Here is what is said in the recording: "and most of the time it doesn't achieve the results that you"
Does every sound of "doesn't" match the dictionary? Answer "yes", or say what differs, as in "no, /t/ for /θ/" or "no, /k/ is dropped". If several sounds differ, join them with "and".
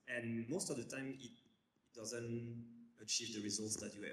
yes